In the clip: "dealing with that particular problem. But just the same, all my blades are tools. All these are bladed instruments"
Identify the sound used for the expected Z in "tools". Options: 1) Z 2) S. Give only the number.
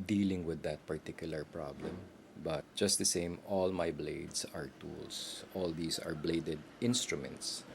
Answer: 2